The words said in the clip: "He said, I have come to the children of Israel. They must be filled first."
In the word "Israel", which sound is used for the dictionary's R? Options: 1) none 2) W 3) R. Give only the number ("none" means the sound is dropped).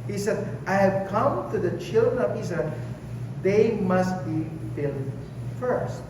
1